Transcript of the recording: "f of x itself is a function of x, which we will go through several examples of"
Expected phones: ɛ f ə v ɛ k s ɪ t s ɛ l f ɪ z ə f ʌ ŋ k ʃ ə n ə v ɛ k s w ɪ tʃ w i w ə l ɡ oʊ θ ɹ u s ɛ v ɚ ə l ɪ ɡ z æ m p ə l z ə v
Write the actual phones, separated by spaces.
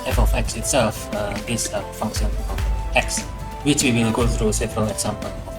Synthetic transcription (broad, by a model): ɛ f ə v ɛ k s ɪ t s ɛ l f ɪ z ə f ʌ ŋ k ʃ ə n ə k ɛ k s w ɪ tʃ w i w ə n ɡ oʊ θ ɹ u s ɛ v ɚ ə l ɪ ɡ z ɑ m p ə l ə